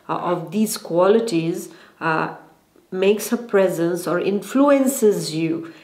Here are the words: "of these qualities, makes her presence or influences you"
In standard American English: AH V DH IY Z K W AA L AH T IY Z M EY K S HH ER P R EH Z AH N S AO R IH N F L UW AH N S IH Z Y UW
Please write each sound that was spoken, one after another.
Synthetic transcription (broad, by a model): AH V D IY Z K W AA L AH T IY Z M EY K S HH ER P R EH Z AH N S AO R IH N F L UW AH N S IH Z Y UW